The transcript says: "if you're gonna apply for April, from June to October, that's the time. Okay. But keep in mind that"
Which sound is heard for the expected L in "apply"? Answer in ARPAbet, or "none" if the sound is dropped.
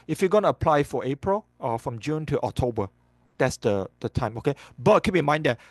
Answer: L